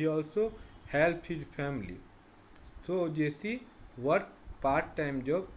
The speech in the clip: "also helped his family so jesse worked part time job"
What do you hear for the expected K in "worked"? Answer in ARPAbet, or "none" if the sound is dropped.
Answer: none